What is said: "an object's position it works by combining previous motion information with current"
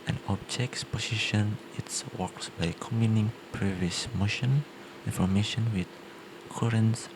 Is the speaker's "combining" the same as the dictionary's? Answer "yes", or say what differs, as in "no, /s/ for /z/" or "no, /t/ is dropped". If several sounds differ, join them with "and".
no, /b/ is dropped